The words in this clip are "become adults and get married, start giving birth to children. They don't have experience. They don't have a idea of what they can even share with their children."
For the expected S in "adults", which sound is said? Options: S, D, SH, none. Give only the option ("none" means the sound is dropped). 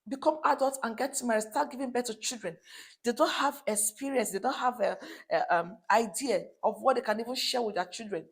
none